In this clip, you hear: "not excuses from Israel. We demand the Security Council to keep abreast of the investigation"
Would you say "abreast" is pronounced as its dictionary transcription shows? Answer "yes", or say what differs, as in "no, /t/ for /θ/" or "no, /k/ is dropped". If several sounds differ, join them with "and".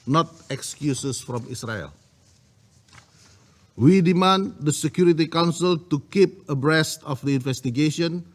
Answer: yes